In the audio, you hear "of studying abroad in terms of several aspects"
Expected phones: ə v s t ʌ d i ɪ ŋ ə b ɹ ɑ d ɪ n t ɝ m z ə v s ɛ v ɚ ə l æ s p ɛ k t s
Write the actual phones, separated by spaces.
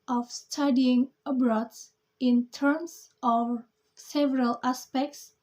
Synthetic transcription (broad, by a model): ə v s t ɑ d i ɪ ŋ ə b ɹ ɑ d ɪ n t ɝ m s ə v s ɛ v ɚ ə l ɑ s p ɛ k t s